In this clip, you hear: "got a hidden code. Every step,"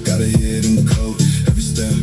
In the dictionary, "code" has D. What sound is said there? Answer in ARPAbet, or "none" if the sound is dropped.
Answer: none